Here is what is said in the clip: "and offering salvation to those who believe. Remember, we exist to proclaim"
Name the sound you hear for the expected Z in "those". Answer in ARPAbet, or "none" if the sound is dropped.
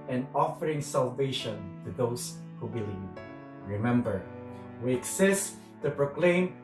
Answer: S